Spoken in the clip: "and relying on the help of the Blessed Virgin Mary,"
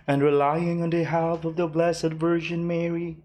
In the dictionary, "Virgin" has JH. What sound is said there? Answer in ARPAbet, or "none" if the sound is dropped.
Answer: ZH